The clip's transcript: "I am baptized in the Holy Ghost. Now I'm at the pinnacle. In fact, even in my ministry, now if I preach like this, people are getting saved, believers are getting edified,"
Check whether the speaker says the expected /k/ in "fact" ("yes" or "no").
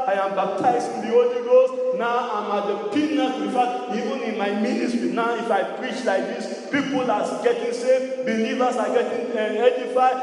no